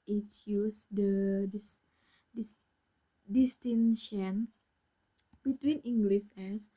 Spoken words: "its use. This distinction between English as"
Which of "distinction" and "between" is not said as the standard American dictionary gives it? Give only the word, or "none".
distinction